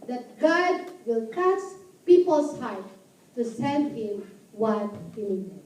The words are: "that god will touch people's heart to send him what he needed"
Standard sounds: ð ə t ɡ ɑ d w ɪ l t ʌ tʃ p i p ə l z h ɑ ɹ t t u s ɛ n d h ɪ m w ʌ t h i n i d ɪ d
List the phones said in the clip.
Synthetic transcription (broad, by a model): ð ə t ɡ ɑ d w ɪ l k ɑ s p i p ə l s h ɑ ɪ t t u s ɛ n d h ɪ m w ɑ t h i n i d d